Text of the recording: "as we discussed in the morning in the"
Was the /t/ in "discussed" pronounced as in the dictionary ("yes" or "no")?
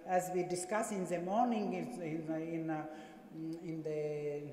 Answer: no